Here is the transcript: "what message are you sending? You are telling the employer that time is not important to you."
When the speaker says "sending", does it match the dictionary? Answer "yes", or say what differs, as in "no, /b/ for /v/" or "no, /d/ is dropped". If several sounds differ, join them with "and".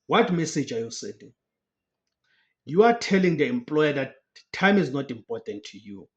no, /n/ is dropped